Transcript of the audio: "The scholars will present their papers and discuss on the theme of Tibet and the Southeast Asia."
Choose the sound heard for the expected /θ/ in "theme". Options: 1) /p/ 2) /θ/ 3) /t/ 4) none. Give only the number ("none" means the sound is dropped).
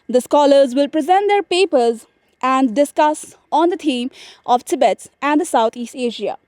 3